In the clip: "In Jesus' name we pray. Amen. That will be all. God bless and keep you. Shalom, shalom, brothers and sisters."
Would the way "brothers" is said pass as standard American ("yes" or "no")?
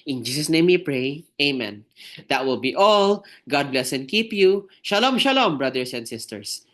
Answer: no